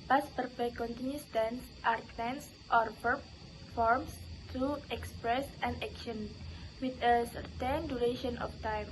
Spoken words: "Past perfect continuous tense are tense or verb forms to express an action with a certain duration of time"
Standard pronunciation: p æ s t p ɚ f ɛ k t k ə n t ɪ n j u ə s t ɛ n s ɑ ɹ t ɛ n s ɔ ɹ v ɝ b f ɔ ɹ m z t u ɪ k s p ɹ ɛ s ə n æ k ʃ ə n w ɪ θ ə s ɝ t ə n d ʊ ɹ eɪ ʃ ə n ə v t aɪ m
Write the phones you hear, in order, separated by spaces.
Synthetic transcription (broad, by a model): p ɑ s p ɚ p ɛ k k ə n t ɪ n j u s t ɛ n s ɑ ɹ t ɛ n s ɔ ɹ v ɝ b f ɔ ɹ m s t u ɪ k s p ɹ ɛ s ə n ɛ k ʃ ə n w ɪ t ə s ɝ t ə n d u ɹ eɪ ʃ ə n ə f t aɪ m